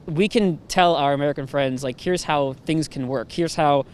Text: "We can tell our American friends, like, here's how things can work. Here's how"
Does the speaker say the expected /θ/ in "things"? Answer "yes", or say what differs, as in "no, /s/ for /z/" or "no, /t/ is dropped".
yes